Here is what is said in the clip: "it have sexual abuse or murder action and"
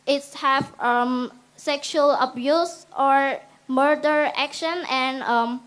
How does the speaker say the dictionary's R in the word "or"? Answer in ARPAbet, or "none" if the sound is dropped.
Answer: R